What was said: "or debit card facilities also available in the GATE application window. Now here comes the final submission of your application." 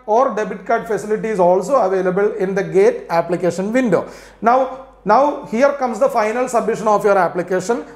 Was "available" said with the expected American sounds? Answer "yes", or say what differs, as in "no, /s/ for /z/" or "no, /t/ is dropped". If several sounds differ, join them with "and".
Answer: yes